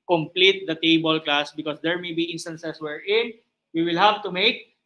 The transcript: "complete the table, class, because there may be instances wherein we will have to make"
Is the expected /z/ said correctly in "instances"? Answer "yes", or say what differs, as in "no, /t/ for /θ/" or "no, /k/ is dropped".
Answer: no, /s/ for /z/